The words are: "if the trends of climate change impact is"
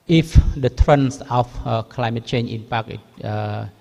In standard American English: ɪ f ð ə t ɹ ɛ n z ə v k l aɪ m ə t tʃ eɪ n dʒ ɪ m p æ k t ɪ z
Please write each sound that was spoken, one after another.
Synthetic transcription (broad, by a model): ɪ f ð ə t ɹ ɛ n s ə f k l aɪ m ə t tʃ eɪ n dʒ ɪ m p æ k ɪ